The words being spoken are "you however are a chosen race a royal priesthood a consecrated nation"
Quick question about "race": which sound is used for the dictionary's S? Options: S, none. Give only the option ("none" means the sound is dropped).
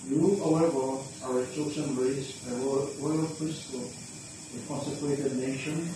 none